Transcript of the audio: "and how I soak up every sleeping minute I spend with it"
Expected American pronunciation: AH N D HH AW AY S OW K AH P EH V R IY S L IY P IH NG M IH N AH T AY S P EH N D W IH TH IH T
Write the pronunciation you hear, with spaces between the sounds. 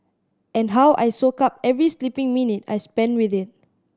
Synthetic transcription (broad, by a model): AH N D HH AW AY S OW K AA P EH V R IY S L IY P IH NG M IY N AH T AY S P EH N W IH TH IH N